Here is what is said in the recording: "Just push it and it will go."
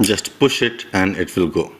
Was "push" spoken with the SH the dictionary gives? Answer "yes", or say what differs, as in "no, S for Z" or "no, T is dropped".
yes